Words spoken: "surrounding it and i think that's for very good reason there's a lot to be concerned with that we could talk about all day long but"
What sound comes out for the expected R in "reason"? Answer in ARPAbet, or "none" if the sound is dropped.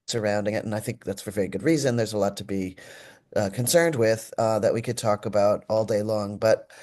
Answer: R